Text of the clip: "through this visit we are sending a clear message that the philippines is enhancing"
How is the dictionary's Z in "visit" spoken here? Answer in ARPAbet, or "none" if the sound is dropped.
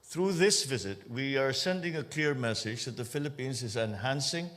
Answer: Z